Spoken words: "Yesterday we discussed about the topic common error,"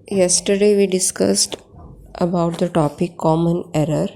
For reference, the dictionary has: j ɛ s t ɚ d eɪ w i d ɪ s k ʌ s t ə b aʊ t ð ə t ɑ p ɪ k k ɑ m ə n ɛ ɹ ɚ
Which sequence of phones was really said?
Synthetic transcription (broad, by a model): j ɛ s t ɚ d eɪ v i d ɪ s k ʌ s t ə b aʊ t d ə t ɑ p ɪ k k ɑ m ə n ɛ ɹ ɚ